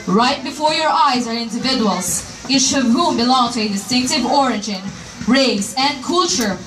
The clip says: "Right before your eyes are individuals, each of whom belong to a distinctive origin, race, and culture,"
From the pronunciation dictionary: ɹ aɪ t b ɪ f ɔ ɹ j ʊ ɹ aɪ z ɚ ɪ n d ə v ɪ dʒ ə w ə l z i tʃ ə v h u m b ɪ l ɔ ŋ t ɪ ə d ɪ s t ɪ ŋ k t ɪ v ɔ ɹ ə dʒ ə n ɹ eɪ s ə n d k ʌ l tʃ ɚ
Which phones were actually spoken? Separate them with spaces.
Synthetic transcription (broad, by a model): ɹ aɪ t b ɪ f ɔ ɹ j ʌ ɹ aɪ z ɚ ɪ n d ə v ɪ dʒ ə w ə l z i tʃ ə v h u m b ɪ l ɔ ŋ t ɪ ə d ɪ s t ɪ ŋ k t ɪ v ɔ ɹ ə dʒ ə n ɹ eɪ s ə n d k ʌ l tʃ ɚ